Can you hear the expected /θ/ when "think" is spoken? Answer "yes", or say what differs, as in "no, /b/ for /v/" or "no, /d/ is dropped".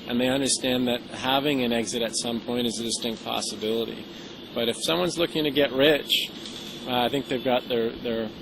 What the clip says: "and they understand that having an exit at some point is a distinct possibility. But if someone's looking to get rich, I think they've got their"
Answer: yes